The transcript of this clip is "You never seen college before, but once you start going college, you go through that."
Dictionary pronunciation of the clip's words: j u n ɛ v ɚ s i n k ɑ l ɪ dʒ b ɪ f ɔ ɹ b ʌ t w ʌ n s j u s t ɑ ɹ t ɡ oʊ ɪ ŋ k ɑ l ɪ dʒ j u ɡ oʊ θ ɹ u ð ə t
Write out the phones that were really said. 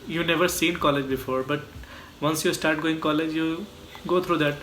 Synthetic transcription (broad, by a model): j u n ɛ v ɚ s i n k ɑ l ɪ dʒ b ɪ f ɔ ɹ b ʌ t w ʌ n s j u s t ɑ ɹ t ɡ oʊ ɪ ŋ k ɑ l ɪ dʒ j u ɡ oʊ t ɹ u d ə t